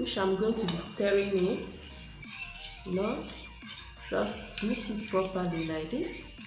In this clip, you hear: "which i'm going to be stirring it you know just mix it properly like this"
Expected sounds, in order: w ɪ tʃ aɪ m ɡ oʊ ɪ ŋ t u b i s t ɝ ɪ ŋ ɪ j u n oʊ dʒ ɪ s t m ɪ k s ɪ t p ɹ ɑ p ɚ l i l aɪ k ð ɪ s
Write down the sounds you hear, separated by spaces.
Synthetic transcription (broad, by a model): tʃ aɪ m ɡ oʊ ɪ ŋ t u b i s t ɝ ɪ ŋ ɪ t n oʊ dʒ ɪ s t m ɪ s ɪ t p ɹ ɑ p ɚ l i l aɪ k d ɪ s